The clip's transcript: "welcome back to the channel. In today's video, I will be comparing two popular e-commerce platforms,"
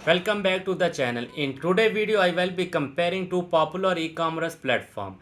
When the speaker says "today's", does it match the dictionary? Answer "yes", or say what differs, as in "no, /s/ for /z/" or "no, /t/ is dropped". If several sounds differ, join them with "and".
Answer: no, /z/ is dropped